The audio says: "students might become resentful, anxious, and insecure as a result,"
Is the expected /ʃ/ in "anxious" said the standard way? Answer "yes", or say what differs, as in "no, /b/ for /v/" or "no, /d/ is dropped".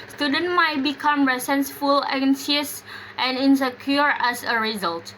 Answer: no, /s/ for /ʃ/